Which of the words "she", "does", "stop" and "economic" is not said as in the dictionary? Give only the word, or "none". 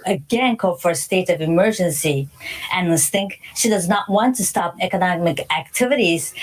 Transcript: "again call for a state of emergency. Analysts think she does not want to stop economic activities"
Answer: none